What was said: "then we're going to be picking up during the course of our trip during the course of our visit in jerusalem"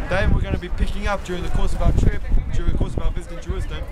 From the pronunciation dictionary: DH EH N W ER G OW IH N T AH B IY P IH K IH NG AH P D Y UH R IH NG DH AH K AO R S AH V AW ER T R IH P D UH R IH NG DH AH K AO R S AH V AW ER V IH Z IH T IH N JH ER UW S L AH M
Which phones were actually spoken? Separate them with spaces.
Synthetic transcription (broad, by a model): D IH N W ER G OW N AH B IY P IH K IH NG AH P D Y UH R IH NG DH AH K AO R S AH V AW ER T R IH P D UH R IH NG DH AH K AO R S AH V AW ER B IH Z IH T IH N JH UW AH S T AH